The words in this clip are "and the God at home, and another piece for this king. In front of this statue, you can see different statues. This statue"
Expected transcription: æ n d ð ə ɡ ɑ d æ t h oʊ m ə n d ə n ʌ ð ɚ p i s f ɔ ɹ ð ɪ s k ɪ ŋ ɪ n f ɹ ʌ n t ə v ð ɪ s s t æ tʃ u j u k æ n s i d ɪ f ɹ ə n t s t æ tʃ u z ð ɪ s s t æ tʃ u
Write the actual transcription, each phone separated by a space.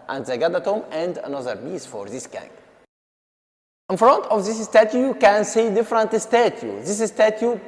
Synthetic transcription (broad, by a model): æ n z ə ɡ ɑ d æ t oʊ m ə n d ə n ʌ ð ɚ b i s f ɔ ɹ ð ɪ s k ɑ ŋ ɪ n f ɹ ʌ n t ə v ð ɪ s s t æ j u j u k æ n s i d ɪ f ɹ ə n t s t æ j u ð ɪ s s t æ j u